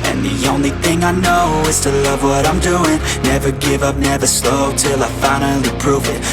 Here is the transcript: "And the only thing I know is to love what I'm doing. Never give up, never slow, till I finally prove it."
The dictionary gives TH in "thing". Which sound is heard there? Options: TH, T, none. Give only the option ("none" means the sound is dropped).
TH